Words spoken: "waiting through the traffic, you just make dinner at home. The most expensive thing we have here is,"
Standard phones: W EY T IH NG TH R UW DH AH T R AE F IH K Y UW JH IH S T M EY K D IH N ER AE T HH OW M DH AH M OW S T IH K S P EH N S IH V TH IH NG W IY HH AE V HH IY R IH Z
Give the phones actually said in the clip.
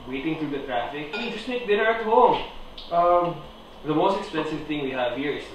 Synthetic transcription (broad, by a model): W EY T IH NG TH R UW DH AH T R AE F IH K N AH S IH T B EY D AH ER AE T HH OW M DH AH M OW S T IH K S P EH N S IH V T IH NG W IY HH AE V HH IY R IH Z